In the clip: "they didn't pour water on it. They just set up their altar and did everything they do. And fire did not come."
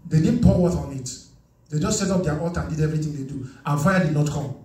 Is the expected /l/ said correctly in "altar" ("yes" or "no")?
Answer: no